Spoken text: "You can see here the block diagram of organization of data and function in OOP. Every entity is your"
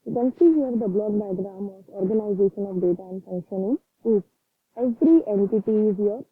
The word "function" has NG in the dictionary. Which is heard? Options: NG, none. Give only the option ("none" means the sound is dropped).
NG